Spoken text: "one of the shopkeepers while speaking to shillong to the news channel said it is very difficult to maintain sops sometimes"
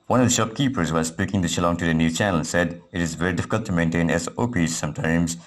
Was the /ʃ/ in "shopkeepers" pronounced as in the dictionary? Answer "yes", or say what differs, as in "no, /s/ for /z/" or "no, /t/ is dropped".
yes